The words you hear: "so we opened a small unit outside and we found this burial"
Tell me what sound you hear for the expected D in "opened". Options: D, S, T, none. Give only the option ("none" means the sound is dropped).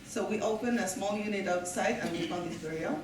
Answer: none